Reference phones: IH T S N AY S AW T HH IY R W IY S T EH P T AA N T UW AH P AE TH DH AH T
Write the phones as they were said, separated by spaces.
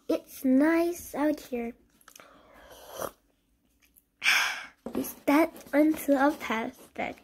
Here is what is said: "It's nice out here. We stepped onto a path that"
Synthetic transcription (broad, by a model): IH T S N AY S AW T HH IY R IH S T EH T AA N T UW AH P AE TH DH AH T